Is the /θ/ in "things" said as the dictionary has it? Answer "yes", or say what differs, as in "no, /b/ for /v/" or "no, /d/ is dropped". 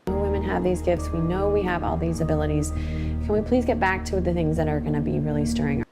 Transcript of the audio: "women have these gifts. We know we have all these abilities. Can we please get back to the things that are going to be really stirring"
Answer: yes